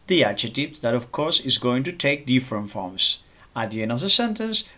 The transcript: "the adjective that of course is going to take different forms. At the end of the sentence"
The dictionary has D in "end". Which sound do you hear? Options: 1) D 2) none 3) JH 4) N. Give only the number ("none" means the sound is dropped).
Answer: 2